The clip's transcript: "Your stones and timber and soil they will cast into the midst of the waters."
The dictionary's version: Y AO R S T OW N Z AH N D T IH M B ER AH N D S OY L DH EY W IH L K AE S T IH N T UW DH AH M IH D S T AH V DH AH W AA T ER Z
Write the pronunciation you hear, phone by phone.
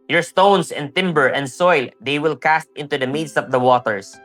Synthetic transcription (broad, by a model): Y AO R S T OW N S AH N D T IH M B ER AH N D S OY L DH EY W IH L K AE S T IH N T UW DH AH M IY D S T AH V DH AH W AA T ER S